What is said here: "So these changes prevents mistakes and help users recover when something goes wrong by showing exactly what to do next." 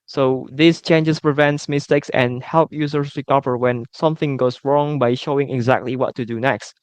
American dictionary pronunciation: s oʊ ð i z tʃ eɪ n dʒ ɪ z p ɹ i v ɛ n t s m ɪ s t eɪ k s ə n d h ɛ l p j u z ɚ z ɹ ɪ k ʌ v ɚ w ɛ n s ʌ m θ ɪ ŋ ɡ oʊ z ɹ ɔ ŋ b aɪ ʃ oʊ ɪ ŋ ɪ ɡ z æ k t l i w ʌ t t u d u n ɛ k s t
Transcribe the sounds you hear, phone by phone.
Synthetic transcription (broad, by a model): s oʊ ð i s tʃ eɪ n dʒ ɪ s p ɹ i v ɛ n t s m ɪ s t eɪ k s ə n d h ɛ l p j u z ɚ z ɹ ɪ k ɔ p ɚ w ɛ n s ʌ m θ ɪ ŋ ɡ oʊ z ɹ ɔ ŋ b aɪ ʃ oʊ ɪ ŋ ɪ ɡ z æ k t l i w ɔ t t u d u n ɛ k s t